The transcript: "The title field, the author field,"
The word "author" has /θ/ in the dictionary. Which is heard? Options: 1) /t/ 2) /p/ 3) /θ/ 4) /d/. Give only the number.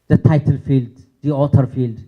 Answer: 1